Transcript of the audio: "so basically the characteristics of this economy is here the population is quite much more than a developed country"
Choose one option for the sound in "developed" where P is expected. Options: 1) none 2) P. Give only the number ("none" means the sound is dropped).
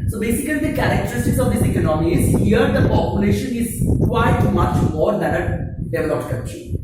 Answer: 1